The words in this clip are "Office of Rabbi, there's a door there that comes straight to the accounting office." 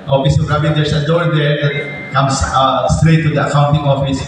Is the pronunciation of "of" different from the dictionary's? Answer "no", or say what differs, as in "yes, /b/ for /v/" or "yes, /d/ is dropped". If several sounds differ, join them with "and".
yes, /p/ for /v/